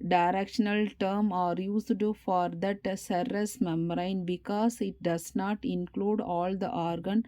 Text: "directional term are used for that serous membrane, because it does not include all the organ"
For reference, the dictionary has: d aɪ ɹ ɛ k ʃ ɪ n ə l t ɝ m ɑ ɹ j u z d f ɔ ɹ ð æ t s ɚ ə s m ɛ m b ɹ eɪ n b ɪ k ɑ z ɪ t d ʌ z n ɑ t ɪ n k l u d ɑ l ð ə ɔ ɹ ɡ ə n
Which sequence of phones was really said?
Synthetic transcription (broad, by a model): d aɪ ɹ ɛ k ʃ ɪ n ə l t ɝ m ɑ ɹ j u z d f ɔ ɹ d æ t s ɚ ə s m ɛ m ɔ ɹ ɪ n b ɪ k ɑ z ɪ t d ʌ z n ɑ t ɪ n k l u d ɑ l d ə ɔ ɹ ɡ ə n